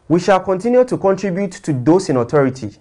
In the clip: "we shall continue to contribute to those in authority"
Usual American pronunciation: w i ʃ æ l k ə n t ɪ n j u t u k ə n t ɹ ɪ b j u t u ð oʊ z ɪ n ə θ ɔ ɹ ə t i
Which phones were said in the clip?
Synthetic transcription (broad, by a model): w i ʃ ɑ l k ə n t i n j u t u k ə n t ɹ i b j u t u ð oʊ s ɪ n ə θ ɔ ɹ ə t i